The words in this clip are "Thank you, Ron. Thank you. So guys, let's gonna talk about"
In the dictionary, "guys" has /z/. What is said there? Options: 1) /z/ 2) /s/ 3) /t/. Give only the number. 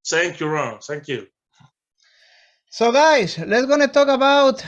2